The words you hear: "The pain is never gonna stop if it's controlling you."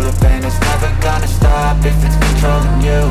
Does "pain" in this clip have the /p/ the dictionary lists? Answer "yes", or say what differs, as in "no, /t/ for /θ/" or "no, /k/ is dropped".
no, /b/ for /p/